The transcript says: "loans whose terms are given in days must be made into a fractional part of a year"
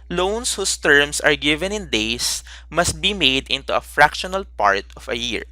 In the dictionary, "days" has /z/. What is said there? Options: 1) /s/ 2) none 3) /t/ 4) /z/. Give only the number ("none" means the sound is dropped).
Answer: 1